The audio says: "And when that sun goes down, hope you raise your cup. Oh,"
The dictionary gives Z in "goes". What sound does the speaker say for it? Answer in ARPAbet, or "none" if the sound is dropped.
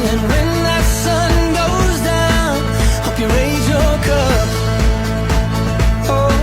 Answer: Z